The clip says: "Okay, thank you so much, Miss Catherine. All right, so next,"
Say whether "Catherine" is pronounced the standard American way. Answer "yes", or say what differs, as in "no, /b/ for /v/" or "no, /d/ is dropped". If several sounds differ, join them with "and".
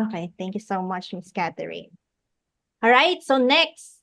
no, /t/ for /θ/